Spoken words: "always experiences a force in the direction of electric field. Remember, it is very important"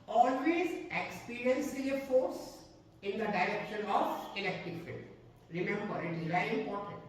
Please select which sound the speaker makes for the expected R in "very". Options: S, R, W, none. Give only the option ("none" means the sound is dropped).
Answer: none